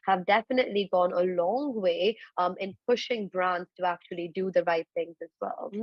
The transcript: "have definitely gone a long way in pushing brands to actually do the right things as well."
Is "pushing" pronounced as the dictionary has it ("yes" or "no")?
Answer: yes